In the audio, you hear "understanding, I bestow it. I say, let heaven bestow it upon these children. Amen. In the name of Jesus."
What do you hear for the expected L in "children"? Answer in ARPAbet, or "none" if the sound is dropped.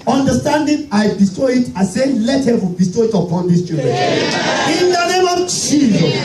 none